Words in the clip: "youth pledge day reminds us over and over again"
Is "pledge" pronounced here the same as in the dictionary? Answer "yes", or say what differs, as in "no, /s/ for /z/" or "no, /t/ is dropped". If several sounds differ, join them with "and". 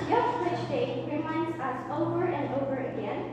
no, /tʃ/ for /dʒ/